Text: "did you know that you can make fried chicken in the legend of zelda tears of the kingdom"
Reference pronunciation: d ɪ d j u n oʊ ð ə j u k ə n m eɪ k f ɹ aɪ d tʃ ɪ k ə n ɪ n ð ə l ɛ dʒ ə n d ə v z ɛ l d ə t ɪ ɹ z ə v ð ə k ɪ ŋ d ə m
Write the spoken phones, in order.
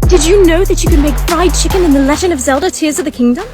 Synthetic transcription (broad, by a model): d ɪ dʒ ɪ n oʊ ð ə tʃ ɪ k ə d m eɪ k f ɹ aɪ d tʃ ɪ k ə n ɪ n ð ə l ɛ dʒ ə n ə v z ɛ l d ə t ɪ ɹ z ə v ð ə k ɪ ŋ d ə m